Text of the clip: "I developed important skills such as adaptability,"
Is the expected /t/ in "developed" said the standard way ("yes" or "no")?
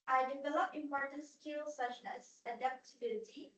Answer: no